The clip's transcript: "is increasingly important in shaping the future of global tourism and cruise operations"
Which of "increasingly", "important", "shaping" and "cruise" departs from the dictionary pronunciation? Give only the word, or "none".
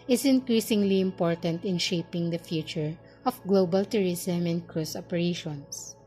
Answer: cruise